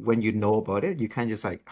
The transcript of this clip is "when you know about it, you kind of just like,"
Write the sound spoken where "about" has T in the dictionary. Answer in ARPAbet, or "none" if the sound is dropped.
T